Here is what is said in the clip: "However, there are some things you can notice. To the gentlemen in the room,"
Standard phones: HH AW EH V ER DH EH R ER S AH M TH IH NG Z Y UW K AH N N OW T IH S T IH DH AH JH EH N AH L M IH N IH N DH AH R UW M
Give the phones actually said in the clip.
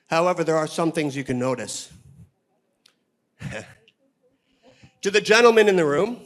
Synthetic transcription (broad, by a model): HH AW EH V ER DH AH R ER S AH M TH IH NG Z Y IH K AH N N OW T IH S T IH DH AH JH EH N L M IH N IH N DH AH R UW M